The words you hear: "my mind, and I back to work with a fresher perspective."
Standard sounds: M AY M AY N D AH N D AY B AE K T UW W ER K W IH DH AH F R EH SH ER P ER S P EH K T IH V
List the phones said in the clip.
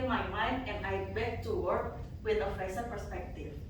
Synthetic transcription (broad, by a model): M AY M AY N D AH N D AY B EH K T UW W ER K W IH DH AH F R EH S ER P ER S P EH K T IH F